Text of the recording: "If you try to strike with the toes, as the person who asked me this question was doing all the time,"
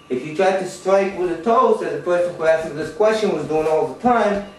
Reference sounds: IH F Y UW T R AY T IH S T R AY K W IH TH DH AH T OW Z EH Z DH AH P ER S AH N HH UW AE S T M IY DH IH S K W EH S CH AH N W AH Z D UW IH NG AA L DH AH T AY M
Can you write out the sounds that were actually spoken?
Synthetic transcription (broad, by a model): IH F Y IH T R AY T IH S T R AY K W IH DH AH T OW S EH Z DH AH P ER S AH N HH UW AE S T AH DH IH S K W EH S CH AH N W AH Z D UW IH NG AA L DH AH T AY M